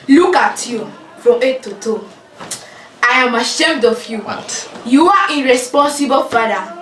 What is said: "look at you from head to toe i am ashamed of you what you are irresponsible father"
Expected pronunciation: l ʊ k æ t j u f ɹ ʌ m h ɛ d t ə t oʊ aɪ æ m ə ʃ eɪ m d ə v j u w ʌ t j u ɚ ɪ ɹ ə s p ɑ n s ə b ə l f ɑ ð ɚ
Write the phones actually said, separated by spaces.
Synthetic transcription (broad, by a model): l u k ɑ t j u f ɹ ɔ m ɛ t ə t oʊ aɪ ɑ m ə ʃ eɪ m d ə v j u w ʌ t j u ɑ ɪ ɹ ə s p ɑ n s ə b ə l f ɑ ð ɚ